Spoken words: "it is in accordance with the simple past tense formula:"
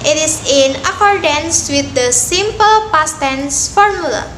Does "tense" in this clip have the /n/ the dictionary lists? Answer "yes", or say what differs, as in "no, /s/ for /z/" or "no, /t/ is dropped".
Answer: yes